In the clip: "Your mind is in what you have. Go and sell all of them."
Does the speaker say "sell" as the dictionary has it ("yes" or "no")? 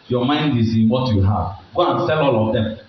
yes